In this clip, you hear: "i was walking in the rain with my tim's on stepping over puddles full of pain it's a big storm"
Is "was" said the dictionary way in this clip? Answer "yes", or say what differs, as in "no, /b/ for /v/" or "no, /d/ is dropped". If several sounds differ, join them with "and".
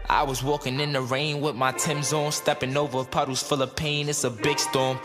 yes